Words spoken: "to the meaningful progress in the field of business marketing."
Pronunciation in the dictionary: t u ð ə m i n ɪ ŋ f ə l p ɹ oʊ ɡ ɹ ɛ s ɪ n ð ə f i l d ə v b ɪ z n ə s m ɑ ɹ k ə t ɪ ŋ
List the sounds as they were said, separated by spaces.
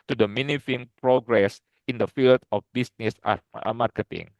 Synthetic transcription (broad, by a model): t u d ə m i n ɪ f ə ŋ p ɹ oʊ ɡ ɹ ɛ s ɪ n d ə f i l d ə f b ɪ s n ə s m ɑ ɹ k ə t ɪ ŋ